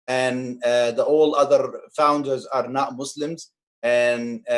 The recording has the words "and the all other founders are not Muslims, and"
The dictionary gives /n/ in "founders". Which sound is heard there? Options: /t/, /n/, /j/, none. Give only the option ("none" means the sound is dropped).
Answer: /n/